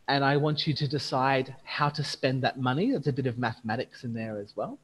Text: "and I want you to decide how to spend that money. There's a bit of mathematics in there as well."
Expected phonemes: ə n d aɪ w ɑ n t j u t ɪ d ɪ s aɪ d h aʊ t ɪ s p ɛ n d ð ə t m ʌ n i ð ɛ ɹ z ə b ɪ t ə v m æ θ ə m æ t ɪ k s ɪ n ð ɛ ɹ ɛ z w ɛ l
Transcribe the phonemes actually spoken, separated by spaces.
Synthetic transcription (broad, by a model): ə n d aɪ w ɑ n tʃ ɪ t ɪ d ɪ s aɪ d h aʊ t ɪ s p ɛ n ð ə t m ʌ n i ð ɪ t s ə b ɪ t ə v m æ θ ə m æ t ɪ k s ɪ n ð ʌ ɹ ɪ z w ɛ l